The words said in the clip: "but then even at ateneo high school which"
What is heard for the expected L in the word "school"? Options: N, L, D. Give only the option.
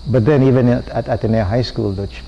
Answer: L